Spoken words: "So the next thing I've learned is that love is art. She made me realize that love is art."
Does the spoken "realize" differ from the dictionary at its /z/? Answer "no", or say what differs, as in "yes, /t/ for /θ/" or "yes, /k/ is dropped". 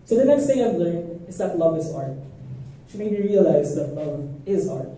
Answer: no